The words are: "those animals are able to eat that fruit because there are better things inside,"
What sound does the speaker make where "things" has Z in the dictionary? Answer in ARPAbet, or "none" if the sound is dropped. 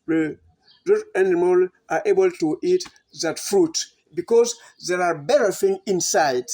none